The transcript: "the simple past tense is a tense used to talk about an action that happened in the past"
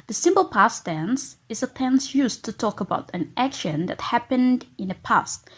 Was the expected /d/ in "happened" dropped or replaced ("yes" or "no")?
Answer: no